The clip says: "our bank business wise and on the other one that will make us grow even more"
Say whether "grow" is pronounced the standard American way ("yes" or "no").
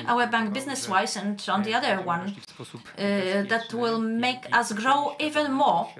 yes